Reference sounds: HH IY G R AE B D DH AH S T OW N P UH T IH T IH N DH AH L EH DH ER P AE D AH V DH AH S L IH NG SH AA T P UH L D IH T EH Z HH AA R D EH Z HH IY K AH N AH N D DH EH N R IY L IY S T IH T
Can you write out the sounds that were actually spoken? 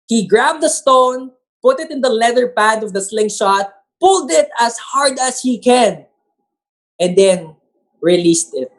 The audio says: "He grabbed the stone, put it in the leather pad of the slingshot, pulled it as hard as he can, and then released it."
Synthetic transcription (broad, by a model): HH IY G R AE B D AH S T OW N P UH T IH T IH N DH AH L EH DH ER P AE D AH V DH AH S L IH NG SH AA T P UH L D IH T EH S HH AA R D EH S HH IY K AH N AH N D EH N R IY L IY S T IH T